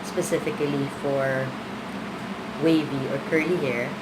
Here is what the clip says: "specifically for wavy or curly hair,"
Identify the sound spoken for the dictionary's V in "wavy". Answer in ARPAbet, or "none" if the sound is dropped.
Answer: V